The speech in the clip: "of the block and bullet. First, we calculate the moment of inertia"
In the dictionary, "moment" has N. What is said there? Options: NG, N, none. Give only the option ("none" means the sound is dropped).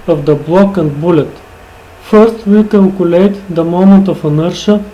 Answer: none